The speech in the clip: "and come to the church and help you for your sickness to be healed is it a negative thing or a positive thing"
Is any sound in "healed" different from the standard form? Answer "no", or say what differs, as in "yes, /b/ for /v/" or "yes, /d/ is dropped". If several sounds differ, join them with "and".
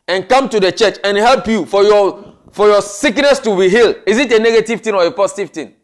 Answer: yes, /d/ is dropped